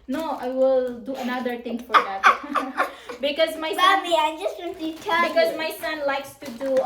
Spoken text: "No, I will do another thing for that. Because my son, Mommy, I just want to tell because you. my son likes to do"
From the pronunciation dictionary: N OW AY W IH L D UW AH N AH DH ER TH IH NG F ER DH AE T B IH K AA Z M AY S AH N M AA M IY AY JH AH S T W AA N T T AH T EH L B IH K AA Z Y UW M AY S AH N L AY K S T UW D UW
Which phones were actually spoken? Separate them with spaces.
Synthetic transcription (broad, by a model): N OW AY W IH L D UW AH N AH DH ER T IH NG F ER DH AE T B IH K AA Z M AY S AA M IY AY JH AH S T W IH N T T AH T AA B IH K AA Z M AY S AH N L AY K S T UW D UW